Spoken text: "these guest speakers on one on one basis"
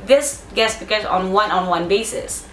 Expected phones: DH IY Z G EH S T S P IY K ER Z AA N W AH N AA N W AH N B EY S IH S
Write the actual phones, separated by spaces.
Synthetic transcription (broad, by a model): DH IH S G EH T S B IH K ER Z N W AH N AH N W AH N B EY S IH S